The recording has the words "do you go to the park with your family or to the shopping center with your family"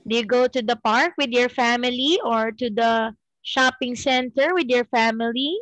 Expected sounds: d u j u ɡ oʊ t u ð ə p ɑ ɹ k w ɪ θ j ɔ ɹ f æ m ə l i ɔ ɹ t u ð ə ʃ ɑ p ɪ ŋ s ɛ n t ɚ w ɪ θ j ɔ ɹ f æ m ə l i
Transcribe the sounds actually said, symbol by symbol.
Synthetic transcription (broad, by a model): d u j u ɡ oʊ t u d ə p ɑ ɹ k w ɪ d j ɔ ɹ f æ m ə l i ɔ ɹ t u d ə ʃ ɑ p ɪ ŋ s ɛ n t ɚ w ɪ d j ɔ ɹ f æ m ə l i